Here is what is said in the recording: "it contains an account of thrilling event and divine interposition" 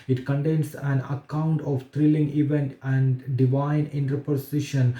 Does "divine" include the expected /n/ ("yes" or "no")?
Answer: yes